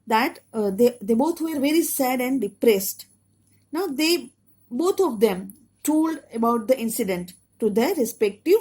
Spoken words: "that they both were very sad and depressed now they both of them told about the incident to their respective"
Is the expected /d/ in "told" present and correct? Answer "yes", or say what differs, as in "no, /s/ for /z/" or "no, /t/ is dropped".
yes